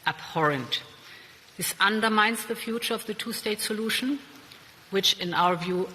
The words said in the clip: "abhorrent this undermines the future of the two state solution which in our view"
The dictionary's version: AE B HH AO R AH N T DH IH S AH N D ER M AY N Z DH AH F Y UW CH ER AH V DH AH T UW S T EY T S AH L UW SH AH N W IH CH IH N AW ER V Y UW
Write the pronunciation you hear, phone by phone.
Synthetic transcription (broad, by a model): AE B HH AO R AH N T DH IH S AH N D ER M AY N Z DH AH F Y UW CH ER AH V DH AH T UW S T EY T S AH L UW SH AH N W IH CH IH N AW ER V Y UW